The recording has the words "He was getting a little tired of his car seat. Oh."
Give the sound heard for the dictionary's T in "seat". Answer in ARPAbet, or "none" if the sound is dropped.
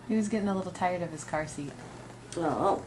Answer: T